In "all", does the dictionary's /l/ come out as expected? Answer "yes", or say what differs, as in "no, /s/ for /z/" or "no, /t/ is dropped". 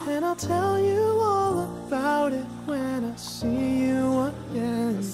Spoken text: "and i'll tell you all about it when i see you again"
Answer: yes